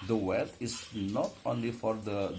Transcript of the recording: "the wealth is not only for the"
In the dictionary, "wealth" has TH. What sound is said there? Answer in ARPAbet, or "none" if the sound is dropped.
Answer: T